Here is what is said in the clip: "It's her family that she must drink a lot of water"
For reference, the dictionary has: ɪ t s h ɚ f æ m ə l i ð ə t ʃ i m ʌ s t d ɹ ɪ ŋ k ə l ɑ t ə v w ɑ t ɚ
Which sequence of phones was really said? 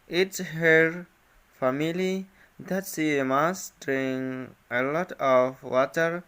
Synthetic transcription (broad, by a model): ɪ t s h ɚ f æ m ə l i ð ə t s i m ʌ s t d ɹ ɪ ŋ ə l ɑ t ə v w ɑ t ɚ